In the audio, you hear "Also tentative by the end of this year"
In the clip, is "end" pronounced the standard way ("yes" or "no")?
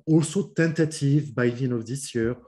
no